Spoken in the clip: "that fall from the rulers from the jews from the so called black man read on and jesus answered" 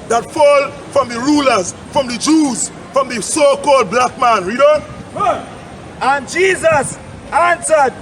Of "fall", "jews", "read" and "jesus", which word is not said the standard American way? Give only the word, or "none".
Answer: none